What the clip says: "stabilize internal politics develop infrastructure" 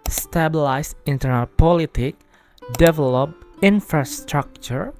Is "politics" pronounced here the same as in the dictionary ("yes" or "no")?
no